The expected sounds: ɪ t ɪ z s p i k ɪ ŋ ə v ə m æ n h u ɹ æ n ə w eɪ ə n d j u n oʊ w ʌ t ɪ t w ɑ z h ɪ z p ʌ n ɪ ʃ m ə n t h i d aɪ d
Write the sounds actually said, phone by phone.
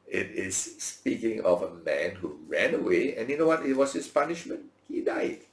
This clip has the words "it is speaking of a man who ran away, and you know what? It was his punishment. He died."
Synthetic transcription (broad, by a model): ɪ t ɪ s p i k ɪ ŋ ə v ə m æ n h u ɹ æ n ə w eɪ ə n j u n oʊ w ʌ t ɪ t w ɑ s h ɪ s p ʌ n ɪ ʃ m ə n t h i d aɪ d